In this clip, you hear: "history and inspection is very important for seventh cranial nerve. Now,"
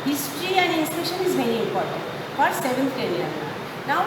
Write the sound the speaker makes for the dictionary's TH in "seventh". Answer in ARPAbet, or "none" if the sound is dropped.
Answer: T